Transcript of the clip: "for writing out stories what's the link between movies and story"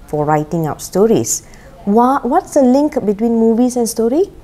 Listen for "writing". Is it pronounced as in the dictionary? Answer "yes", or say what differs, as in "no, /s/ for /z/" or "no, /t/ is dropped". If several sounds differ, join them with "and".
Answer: yes